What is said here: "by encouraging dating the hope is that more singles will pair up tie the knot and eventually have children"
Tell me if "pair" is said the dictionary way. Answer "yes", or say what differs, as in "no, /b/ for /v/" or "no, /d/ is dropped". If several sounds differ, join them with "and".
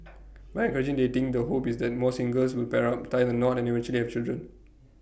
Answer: yes